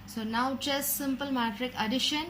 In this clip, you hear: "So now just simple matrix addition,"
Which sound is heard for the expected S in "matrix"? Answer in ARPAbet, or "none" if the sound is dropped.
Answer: none